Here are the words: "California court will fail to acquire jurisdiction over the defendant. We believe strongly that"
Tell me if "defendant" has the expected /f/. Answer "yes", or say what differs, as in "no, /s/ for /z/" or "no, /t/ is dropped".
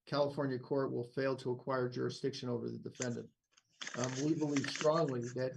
yes